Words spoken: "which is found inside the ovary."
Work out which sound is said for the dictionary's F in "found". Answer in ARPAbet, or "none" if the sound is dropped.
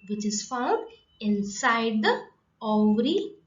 F